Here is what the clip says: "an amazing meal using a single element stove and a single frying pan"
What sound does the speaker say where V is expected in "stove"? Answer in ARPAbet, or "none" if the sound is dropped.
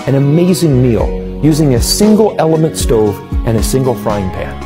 V